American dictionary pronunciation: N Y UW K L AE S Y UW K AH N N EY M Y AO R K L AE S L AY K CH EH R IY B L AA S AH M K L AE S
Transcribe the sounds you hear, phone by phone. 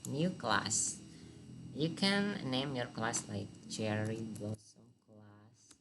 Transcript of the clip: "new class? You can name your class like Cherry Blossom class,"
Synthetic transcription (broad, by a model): N Y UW K L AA S Y UW K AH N N EY M Y AO R K L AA S L AY K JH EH R IY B AA S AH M K L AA S